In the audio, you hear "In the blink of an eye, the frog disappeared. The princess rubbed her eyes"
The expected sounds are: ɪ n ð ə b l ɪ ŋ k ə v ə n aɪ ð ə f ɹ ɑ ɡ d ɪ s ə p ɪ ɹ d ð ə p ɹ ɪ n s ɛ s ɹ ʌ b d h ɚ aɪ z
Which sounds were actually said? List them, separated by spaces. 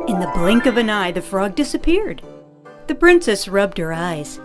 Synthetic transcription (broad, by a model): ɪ n ð ə b l ɪ ŋ k ə v ə n aɪ ð ə f ɹ ɑ ɡ d ɪ s ə p ɪ ɹ d ð ə p ɹ ɪ n s ɛ s ɹ ʌ b d h ɚ aɪ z